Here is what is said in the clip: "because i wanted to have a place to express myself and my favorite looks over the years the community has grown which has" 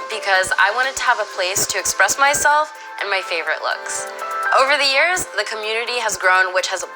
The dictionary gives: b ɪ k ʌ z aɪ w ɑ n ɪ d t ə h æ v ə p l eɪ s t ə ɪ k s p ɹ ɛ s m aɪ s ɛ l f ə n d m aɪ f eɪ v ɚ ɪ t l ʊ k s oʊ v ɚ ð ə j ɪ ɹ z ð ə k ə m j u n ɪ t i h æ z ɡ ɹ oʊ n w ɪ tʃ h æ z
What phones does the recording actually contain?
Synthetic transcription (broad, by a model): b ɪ k ʌ z aɪ w ɑ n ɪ d t ə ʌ v ə p l eɪ s t ɪ k s p ɹ ɛ s m aɪ s ɛ l f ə n m aɪ f eɪ v ɚ ɪ t l ʊ k s oʊ v ɚ ð ə j ɪ ɹ z ð ə k ə m j u n ɪ t i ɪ z ɡ ɹ oʊ n w ɪ tʃ h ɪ z